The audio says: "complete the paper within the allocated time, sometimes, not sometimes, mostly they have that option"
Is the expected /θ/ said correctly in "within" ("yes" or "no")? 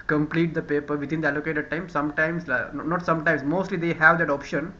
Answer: no